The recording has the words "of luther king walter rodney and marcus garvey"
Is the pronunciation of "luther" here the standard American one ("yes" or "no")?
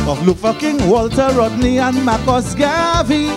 no